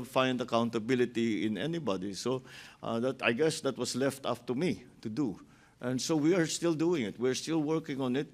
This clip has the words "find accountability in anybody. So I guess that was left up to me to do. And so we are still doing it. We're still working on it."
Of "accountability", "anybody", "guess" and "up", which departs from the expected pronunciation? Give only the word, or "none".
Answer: up